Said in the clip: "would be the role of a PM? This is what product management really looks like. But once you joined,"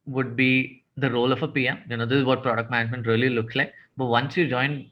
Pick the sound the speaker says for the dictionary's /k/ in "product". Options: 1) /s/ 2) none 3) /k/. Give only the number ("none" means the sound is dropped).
3